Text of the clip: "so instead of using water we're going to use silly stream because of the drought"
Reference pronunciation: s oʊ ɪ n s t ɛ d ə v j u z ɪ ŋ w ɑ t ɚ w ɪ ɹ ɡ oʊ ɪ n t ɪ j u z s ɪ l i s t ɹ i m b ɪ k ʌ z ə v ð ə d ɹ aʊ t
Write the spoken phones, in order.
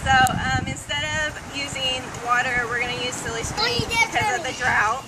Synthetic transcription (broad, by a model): s oʊ ɪ n s t ɛ d ə v j u z ɪ ŋ w ɑ t ɚ w ɪ ɹ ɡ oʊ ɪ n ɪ j u z s ɪ l i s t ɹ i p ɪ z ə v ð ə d ɹ aʊ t